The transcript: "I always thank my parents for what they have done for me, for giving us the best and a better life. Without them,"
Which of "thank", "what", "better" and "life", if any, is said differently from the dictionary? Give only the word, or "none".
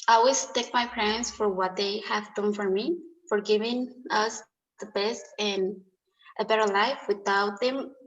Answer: thank